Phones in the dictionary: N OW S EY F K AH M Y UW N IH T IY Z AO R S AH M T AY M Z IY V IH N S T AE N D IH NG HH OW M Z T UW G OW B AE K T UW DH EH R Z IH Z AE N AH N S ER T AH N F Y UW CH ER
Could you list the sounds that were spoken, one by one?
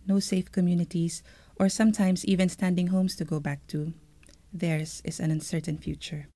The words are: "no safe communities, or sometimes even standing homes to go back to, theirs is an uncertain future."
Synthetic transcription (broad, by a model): N OW S EY F K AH M Y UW N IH T IY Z AO R S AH M T AY M S IY V IH N S T AE N D IH NG HH OW M S T UW G OW B AE K T UW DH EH R S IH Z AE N AH N S ER T AH N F Y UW CH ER